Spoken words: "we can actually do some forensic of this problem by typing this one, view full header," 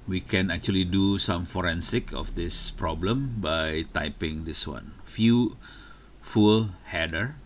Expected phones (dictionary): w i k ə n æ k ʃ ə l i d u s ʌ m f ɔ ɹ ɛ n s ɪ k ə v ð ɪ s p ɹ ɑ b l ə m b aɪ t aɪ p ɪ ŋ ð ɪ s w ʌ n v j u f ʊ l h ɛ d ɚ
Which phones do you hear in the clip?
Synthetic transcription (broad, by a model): w i k ə n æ k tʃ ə l i d u s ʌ m f ɔ ɹ ɛ n s ɪ k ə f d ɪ s p ɹ ɑ b l ə m b aɪ t aɪ p ɪ ŋ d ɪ s w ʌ n f j u f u l h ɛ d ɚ